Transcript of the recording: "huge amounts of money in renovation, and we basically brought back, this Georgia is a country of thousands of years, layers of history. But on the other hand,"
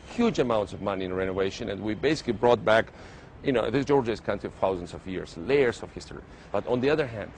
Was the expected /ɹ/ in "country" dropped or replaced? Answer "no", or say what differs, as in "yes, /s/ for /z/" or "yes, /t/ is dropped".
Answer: yes, /ɹ/ is dropped